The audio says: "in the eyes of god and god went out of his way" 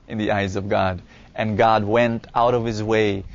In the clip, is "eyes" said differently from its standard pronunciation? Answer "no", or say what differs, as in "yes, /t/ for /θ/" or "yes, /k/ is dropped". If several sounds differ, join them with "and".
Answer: no